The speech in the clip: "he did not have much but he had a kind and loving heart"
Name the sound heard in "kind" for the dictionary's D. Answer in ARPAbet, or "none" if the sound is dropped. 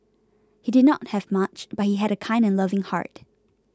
D